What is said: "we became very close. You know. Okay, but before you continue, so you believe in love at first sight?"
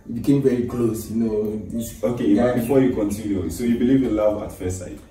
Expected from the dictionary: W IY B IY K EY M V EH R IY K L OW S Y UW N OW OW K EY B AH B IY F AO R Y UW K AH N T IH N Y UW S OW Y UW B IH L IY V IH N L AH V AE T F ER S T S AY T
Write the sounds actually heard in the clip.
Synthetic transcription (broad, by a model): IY B IY K EY M V EH R IY K L OW S Y UW N OW OW K EY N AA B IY F AO Y UW K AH N T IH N Y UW S OW Y UW B IH L IY V IH N L AH V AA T F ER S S AY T